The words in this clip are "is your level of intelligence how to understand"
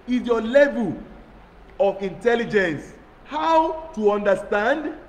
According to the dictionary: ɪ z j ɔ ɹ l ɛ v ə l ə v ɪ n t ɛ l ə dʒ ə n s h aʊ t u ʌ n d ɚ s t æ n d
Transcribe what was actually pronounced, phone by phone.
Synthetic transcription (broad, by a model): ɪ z j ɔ l ɛ v ə l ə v ɪ n t ɛ l ə dʒ ə n s h aʊ t u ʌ n d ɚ s t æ n d